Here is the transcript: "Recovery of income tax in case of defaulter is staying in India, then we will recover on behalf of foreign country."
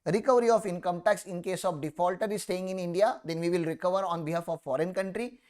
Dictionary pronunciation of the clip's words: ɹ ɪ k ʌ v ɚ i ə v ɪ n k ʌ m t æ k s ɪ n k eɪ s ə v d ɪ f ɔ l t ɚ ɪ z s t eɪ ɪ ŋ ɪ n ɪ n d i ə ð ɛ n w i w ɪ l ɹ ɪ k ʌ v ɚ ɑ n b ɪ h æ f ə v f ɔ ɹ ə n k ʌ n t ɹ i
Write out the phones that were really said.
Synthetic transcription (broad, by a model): ɹ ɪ k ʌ v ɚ i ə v ɪ n k ʌ m t æ k s ɪ n k eɪ s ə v d ɪ f ɔ l t ɚ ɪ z s t eɪ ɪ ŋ ɪ n ɪ n d i ə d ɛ n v i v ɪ l ɹ ɪ k ʌ v ɚ ɑ n b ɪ h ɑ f ə v f ɔ ɹ ə n k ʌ n t ɹ i